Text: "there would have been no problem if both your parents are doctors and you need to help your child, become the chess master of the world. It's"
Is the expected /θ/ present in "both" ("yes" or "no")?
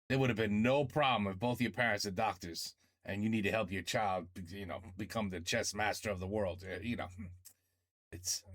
yes